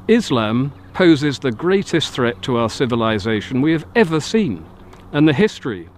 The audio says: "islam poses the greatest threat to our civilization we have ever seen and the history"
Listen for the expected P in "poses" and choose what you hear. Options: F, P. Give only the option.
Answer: P